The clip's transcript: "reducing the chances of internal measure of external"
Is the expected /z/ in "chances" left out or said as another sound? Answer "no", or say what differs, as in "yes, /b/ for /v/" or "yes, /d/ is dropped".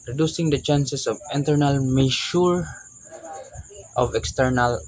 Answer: yes, /s/ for /z/